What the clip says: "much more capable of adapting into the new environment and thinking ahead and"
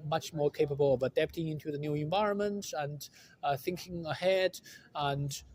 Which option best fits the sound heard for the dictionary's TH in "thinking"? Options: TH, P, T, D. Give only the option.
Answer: TH